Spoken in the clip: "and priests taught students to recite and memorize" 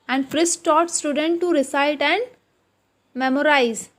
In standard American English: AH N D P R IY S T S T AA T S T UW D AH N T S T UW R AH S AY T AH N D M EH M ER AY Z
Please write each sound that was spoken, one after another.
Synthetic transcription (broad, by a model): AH N D F R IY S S T AA T S T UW D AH N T T UW R AH S AY T AH N D M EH M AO AY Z